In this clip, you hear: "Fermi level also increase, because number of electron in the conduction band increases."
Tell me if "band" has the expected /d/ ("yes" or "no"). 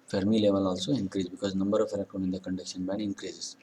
no